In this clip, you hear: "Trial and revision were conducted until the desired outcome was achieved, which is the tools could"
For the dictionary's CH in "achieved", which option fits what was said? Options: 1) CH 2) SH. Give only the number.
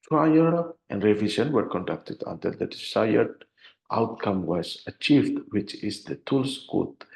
1